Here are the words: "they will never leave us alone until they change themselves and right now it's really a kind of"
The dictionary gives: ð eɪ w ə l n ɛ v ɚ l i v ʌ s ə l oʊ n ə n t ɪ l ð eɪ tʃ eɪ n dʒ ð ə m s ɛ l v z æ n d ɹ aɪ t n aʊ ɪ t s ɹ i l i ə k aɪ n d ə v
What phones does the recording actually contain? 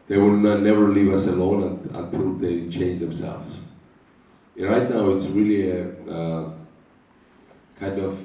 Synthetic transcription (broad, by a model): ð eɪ w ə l n ɛ v ɚ l i v ʌ s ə l oʊ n ə n t ɪ l ð eɪ tʃ eɪ n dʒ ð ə m s ɛ l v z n ɹ aɪ t n aʊ ɪ t s ɹ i l i ə k aɪ n d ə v